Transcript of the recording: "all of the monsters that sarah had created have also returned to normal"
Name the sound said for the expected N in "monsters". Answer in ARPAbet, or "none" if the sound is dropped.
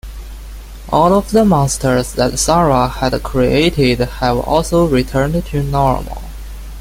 none